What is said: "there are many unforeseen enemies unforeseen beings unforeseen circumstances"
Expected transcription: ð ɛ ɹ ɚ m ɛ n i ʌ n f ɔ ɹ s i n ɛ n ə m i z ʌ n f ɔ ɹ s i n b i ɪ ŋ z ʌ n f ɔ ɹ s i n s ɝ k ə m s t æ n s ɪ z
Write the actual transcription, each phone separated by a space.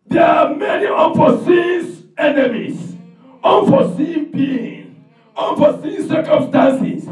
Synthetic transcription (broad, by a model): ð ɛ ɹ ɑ m ɛ n i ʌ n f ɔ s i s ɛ n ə m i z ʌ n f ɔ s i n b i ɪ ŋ ʌ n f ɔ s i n s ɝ k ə m s t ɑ n s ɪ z